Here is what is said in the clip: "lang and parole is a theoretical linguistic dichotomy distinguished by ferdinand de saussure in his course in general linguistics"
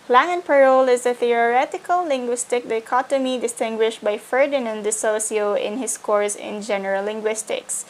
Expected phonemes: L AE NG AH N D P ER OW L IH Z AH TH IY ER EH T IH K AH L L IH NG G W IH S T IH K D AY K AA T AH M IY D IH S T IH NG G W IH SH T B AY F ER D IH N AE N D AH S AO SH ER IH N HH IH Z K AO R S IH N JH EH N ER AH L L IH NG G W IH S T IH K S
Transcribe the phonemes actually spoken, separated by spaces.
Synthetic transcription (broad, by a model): L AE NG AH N P ER OW L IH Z AH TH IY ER EH T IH K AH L L IH NG G W IH S T IH K D AY K AA T AH M IY D IH S T IH NG G W IH SH T B AY F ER D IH N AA N D AH S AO S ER IH N HH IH S K AO R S IH N JH EH N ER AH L L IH NG G W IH S T IH K S